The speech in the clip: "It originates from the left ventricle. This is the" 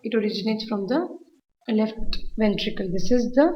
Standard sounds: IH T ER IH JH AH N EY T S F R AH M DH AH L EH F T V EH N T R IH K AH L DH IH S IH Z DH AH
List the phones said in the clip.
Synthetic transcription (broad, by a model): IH T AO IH JH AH N EY T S F R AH M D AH L EH F T V EH N T R IH K AH L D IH S IH Z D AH